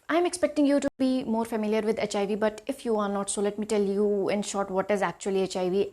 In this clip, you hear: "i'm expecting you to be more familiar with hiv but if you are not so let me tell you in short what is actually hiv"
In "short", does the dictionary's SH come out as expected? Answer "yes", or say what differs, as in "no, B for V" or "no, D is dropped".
yes